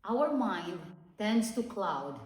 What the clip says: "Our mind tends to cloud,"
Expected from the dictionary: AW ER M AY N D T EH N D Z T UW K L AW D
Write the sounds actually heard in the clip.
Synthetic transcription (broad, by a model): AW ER M AY N D T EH N D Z T UW K L AW D